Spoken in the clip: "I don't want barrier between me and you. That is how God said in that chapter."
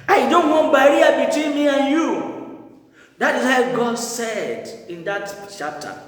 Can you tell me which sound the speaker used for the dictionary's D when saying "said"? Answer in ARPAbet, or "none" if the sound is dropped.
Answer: D